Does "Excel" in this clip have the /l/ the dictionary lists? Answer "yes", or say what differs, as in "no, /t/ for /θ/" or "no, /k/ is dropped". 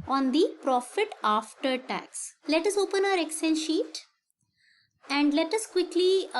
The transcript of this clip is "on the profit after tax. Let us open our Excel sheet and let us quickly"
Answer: no, /n/ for /l/